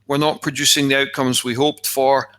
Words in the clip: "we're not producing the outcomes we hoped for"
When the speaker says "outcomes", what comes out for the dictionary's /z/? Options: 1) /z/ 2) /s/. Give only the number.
1